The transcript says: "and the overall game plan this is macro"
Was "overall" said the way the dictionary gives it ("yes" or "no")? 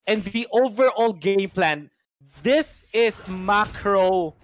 yes